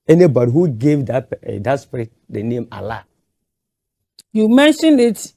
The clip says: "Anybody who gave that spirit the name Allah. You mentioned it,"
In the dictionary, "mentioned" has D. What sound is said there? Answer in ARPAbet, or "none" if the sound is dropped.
none